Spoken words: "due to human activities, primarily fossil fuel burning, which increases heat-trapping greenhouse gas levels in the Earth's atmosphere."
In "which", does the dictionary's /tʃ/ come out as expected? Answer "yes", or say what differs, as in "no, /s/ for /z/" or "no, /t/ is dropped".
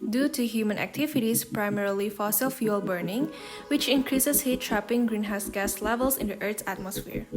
yes